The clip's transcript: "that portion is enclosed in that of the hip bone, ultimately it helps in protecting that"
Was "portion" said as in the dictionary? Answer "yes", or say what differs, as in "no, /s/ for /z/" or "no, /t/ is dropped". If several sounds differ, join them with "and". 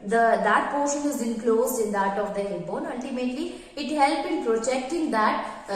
yes